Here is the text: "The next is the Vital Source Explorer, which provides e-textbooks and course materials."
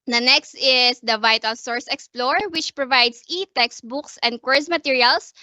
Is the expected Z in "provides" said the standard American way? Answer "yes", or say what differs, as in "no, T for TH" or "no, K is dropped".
no, S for Z